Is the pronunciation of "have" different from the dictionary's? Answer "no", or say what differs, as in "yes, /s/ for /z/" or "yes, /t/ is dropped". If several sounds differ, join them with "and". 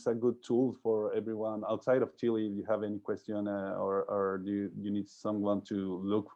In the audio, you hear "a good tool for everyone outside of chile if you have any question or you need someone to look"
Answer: no